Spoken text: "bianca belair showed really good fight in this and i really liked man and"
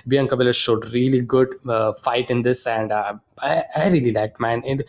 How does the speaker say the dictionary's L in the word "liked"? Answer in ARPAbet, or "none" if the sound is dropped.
L